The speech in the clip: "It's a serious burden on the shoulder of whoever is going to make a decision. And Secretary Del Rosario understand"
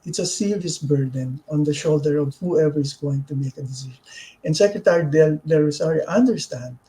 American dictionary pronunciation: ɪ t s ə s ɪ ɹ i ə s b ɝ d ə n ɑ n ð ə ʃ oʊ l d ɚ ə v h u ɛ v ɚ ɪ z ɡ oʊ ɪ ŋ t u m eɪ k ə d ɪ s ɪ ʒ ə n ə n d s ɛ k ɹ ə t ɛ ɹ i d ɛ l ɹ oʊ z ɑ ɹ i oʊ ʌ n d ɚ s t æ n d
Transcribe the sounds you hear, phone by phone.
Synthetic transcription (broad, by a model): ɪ t s ə s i l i s b ɝ d ə n ɑ n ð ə ʃ oʊ l d ɚ ə v h u ɛ v ɚ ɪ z ɡ oʊ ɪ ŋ t u m eɪ k ə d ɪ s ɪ ʃ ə n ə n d s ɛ k ɹ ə t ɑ ɹ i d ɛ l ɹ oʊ s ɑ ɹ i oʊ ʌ n d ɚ s t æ n d